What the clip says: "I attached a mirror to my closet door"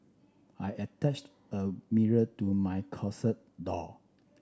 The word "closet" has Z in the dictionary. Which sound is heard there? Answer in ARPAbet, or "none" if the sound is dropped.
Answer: S